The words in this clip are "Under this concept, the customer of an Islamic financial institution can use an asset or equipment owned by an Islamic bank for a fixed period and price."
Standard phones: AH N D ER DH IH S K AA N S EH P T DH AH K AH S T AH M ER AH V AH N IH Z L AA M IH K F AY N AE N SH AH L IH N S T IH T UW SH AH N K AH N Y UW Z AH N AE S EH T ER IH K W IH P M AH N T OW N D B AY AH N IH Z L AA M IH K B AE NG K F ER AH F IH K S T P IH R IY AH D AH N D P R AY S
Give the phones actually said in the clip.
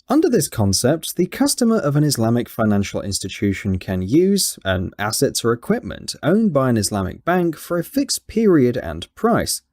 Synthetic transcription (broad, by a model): AH N D ER DH IH S K AA N S EH P T DH AH K AH S T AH M ER AH V AH N IH Z L AA M IH K F AY N AE N SH AH L IH N S T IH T UW SH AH N K AH N Y UW Z AH N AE S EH T ER IH K W IH P M AH N T OW N B AY AH N IH Z L AA M IH K B AE NG K F ER AH F IH K S P IH R IY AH D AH N P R AY S